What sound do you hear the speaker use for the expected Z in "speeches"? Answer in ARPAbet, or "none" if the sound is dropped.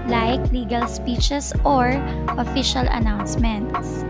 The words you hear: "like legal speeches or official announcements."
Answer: S